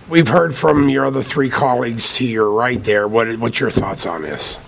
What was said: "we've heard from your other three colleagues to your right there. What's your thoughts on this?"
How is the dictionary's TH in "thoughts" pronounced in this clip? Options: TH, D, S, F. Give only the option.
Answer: TH